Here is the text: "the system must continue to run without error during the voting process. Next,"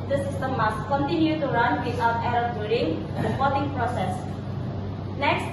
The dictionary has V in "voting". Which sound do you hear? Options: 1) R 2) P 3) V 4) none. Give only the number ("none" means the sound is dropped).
2